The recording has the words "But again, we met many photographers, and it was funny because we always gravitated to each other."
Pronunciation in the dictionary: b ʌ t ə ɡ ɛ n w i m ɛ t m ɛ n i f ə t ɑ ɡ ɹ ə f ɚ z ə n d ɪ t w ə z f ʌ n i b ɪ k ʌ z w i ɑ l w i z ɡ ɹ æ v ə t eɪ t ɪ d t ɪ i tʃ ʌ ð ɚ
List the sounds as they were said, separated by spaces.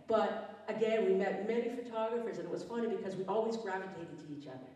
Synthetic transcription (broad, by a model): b ʌ t ə ɡ ɛ n w i m ɛ t m ɛ n i f ə t ɑ ɡ ɹ ə f ɚ z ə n ɪ t w ə z f ʌ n i b ɪ k ʌ z w i ɑ l w i z ɡ ɹ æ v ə t eɪ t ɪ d t ɪ i tʃ ʌ ð ɚ